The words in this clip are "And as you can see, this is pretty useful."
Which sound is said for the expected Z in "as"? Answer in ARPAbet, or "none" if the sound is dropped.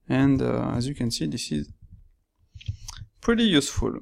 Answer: Z